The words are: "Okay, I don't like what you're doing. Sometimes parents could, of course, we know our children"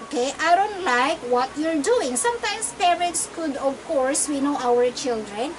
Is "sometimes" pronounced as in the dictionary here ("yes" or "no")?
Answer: no